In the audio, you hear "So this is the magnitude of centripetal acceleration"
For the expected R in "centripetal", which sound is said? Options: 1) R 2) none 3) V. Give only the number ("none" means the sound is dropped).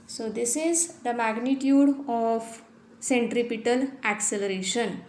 1